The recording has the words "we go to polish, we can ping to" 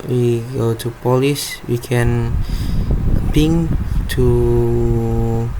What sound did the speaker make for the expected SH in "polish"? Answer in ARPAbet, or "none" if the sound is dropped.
S